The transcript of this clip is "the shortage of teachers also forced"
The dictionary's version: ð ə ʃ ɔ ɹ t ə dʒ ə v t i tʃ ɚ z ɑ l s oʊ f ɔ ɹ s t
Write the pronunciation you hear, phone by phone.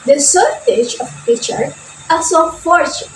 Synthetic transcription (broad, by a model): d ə s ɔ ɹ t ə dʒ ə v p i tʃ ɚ ɑ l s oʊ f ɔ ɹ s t